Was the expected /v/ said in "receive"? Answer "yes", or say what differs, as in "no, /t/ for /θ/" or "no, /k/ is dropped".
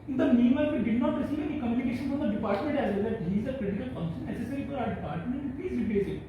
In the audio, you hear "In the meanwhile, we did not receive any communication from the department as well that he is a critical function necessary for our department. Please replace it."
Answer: no, /v/ is dropped